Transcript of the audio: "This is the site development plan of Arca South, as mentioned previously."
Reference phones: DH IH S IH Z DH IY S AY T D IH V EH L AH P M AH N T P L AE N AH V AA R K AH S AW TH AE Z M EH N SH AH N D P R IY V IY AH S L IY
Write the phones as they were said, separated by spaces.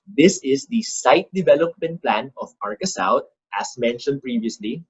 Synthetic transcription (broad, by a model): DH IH S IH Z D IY S AY T D IH V EH L AH P M AH N T P L AE N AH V AA R K AH S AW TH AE S M EH N SH AH N D P R IY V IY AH S L IY